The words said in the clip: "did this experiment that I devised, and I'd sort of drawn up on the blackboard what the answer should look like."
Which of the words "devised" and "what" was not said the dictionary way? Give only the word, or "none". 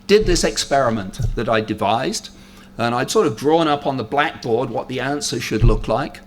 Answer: none